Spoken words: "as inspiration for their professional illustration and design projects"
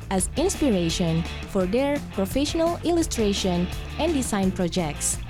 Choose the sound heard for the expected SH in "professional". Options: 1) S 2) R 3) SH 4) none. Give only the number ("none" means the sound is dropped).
3